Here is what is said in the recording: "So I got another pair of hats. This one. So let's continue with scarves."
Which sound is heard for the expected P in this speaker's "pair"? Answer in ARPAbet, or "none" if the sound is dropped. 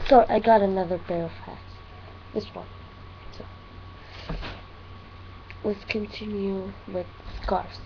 B